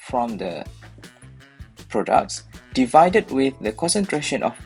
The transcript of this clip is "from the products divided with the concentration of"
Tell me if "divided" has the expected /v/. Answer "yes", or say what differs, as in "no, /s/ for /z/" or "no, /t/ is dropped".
yes